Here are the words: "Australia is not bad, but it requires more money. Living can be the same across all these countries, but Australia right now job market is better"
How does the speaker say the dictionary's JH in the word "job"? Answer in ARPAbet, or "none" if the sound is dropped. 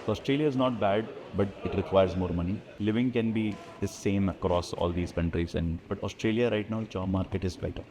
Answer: CH